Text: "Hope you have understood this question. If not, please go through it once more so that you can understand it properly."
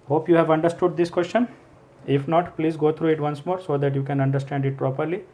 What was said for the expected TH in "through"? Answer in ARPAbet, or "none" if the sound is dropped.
T